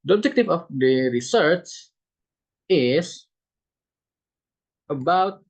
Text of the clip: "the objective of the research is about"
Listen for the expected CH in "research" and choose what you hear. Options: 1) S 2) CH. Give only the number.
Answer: 1